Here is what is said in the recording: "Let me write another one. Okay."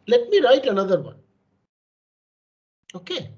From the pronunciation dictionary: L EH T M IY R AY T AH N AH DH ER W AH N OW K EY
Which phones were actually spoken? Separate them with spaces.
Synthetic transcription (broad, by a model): L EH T M IY R AY T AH N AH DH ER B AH OW K EY